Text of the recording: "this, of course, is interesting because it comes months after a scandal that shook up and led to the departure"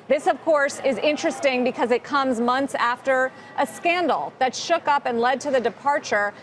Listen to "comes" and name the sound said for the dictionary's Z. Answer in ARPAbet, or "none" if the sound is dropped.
Z